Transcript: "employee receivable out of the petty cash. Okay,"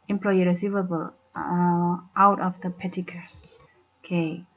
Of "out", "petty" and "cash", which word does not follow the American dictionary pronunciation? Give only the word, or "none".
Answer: cash